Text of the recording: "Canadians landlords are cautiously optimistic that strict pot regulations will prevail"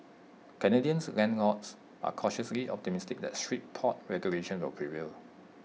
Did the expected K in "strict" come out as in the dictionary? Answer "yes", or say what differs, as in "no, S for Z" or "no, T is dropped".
no, K is dropped